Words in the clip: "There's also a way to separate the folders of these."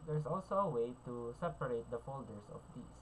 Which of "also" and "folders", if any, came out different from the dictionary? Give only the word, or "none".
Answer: folders